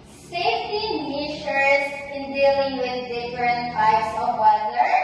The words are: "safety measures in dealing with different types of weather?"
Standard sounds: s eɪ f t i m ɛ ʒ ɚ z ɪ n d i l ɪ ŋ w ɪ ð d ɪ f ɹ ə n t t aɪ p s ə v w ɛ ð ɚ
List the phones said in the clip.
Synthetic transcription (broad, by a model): s eɪ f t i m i ʃ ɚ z ɪ n d i l ɪ ŋ w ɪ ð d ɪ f ɹ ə n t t aɪ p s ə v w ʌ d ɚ